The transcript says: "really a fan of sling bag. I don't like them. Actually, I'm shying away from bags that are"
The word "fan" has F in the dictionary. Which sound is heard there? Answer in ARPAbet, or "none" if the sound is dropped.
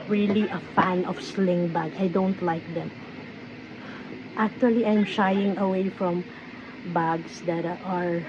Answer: F